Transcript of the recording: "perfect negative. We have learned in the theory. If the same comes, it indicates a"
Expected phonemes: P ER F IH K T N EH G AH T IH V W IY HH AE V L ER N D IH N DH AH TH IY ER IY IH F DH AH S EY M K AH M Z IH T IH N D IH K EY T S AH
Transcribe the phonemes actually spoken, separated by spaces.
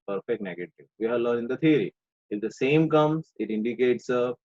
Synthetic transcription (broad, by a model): P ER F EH K T N EH G AH T IH V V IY HH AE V L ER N IH N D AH T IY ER IY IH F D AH S EY M K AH M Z IH T IH N D IH K EY T S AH